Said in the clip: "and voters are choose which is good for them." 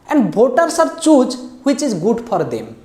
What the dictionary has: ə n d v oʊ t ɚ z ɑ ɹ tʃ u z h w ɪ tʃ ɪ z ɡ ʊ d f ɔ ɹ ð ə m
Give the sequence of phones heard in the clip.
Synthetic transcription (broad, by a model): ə n d b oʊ t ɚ s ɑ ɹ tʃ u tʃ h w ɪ tʃ ɪ z ɡ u d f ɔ ɹ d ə m